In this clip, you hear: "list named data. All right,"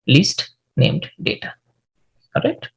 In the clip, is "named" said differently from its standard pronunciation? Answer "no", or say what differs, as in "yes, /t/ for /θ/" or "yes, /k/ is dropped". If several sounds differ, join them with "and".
no